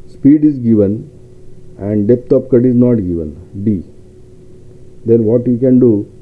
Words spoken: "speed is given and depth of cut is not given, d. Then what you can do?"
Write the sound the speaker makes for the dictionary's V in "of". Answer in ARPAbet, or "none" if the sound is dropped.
P